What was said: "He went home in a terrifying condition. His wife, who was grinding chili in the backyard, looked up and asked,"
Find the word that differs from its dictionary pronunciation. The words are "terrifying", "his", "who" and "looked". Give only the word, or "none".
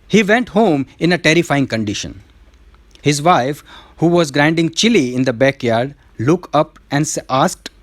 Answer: looked